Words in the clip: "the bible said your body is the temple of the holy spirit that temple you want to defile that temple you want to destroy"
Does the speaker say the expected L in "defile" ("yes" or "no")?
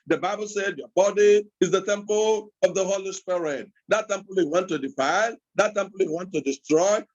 no